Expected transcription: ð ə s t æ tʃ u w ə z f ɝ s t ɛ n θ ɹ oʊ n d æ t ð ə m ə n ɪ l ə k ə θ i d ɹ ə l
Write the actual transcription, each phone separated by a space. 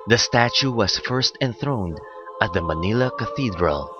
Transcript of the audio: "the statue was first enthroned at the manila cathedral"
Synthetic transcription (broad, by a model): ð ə s t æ tʃ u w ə s f ɝ s t ɛ n θ ɹ oʊ n d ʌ t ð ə m ə n ɪ l ə k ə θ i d ɹ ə l